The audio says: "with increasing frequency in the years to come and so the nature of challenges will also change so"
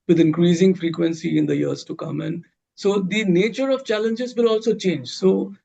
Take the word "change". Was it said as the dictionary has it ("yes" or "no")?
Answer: yes